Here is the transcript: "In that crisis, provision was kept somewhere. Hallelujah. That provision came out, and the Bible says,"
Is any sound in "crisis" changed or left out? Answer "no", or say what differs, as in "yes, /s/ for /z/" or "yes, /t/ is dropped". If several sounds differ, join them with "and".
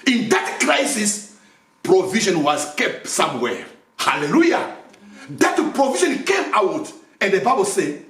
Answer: no